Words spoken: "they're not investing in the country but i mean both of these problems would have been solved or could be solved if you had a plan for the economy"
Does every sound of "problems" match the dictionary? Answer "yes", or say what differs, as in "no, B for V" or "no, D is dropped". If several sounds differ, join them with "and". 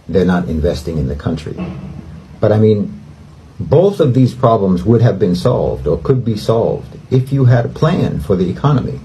yes